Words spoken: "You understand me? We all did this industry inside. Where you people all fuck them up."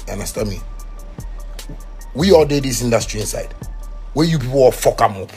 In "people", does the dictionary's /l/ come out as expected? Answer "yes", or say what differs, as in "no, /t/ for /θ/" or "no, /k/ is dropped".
no, /w/ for /l/